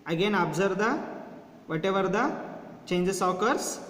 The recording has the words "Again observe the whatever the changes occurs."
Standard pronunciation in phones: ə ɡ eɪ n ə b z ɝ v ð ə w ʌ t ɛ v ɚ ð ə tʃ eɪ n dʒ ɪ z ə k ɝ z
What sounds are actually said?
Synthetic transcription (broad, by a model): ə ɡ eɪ n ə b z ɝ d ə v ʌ t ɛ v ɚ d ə tʃ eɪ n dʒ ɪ s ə k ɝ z